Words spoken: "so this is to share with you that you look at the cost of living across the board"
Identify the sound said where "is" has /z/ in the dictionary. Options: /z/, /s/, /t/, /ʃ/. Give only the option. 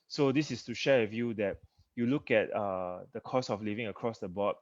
/s/